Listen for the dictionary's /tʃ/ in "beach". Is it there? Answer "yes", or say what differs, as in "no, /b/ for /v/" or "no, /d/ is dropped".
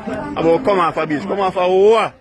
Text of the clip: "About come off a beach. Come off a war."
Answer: no, /s/ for /tʃ/